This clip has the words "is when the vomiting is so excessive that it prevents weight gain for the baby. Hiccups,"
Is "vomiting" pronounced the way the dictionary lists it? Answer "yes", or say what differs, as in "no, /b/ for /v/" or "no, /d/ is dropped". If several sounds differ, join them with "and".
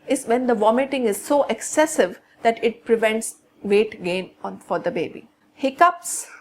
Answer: yes